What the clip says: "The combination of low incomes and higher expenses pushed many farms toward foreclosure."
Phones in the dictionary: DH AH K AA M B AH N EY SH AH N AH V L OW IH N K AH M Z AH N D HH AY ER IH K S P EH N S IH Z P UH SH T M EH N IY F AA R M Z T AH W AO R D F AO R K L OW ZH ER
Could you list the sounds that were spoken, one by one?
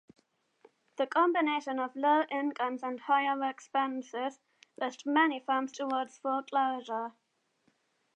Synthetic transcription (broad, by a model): DH AH K AA M B AH N EY SH AH N AH V L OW IH N K AH M Z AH N HH AY ER K S P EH N S IH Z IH S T M EH N IY F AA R M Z T AH W AO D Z F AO L K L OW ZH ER